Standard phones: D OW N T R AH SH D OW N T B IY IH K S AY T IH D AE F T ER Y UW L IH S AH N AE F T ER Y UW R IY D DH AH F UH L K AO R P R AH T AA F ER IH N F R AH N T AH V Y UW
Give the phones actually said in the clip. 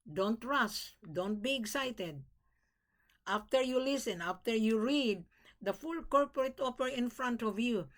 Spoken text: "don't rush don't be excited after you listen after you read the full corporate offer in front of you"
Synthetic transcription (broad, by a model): D OW N T R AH S D OW N T B IY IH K S AY T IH D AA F T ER Y UW L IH S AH N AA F T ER Y UW R IY D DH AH F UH L K AO R P R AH T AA P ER IH N F R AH N T AH V Y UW